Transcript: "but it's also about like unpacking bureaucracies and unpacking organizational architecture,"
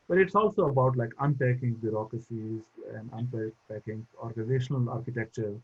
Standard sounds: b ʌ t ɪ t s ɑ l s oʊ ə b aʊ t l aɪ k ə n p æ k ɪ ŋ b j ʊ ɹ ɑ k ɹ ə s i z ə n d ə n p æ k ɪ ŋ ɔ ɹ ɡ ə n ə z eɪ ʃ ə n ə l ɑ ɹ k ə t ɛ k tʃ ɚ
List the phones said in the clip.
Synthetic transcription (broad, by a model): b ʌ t ɪ t s ɑ l s oʊ ə b aʊ t l aɪ k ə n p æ k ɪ ŋ b j ʊ ɹ ɑ k ɹ ə s i z ə n d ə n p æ k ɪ ŋ ɔ ɹ ɡ ə n ə z eɪ ʃ ə n ə l ɑ ɹ k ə t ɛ k tʃ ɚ